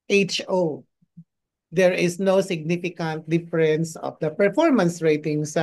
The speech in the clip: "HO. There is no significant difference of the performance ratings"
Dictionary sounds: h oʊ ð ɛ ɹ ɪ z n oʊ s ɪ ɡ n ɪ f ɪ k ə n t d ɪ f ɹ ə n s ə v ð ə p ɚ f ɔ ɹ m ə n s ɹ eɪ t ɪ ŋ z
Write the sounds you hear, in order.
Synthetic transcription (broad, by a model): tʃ oʊ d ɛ ɹ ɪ s n oʊ s ɪ ɡ n ɪ f ɪ k ə n t d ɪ f ɹ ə n s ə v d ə p ɚ f ɔ ɹ m ə n s ɹ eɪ t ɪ ŋ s